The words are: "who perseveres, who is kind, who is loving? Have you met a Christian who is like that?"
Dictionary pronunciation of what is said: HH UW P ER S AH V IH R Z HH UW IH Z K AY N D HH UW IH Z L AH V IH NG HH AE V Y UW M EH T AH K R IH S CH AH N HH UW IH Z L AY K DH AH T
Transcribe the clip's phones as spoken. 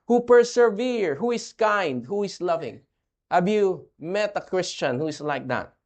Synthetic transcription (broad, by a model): HH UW P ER S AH V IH R HH UW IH S K AY N D HH UW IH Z L AH V IH NG HH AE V Y UW M EH T AH K R IH S CH AH N HH UW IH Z L AY K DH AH T